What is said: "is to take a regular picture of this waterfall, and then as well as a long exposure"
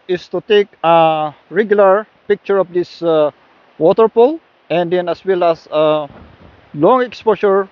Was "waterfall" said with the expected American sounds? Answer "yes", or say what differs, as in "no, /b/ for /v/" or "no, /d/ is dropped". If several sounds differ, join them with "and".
no, /p/ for /f/